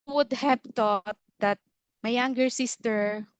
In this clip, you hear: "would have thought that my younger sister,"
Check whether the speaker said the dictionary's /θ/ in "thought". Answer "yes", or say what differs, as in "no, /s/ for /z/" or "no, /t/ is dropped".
no, /t/ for /θ/